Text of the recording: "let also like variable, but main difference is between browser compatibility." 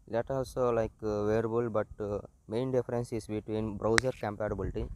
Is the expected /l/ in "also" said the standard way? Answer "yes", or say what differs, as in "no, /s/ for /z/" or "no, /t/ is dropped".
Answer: yes